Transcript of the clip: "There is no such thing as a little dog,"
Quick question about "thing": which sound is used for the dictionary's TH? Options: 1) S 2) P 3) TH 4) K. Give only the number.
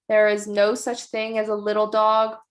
3